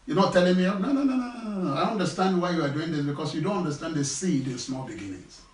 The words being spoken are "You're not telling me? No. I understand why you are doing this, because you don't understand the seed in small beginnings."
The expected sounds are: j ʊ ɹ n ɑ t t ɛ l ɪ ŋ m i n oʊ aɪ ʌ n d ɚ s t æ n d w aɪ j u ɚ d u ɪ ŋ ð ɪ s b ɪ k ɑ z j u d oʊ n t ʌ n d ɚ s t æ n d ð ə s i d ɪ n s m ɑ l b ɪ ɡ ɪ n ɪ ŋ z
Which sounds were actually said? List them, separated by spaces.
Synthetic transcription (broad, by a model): j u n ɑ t t ɛ l ɪ ŋ m i n oʊ aɪ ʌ n d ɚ s t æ n d w aɪ j u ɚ d u ɪ ŋ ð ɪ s b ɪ k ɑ s j u d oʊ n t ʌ n d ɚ s t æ n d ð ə s i d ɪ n s m ɑ l b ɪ ɡ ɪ n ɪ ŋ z